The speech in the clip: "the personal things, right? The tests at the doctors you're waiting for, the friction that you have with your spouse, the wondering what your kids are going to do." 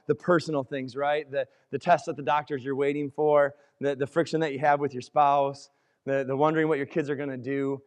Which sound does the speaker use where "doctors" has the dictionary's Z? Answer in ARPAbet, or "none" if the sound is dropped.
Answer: Z